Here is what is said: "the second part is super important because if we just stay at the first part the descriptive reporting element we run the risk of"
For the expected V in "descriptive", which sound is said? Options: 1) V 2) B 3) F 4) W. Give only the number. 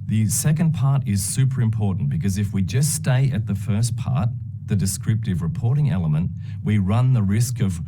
1